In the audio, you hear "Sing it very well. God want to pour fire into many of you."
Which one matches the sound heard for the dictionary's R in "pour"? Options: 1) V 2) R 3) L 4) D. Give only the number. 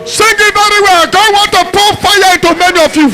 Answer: 3